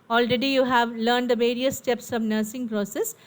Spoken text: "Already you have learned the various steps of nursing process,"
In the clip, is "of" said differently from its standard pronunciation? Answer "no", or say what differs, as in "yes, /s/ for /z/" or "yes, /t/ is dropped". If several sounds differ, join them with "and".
no